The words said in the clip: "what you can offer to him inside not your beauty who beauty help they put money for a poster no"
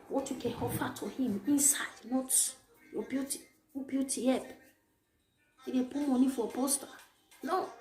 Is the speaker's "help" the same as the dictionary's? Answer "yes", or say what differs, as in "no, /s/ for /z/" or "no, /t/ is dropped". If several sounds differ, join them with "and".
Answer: no, /l/ is dropped